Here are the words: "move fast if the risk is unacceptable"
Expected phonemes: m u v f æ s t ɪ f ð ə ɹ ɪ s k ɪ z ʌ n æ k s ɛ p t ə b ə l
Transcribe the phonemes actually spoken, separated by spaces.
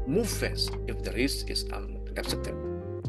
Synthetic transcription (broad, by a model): m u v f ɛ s ɪ f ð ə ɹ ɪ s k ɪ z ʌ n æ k s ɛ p t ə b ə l